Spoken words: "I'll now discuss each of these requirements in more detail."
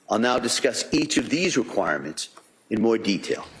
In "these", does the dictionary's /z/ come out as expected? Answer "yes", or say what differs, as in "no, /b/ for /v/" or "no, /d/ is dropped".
yes